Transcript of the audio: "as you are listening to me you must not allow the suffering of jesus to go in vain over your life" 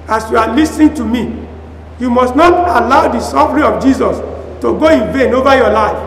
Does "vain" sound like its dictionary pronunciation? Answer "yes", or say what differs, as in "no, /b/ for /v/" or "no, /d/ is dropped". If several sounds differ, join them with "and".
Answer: yes